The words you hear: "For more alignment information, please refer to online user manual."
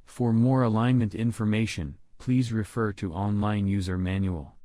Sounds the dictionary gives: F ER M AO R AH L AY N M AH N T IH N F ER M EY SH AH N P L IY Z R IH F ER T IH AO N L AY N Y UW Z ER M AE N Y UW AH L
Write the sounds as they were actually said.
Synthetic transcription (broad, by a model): F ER M AO R AH L AY N M AH N T IH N F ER M EY SH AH N P L IY Z R IH F ER T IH AO N L AY N Y UW Z ER M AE N Y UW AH L